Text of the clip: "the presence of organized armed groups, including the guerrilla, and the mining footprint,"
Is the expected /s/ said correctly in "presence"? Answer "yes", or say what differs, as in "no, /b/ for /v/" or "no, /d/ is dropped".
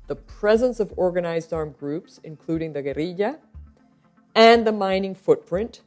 yes